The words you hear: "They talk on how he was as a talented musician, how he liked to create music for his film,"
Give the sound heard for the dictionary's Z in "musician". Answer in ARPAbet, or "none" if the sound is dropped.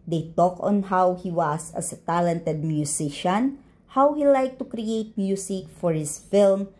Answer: S